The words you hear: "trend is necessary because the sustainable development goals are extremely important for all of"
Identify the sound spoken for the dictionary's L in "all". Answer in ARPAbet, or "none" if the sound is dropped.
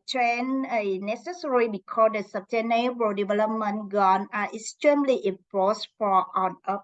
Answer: N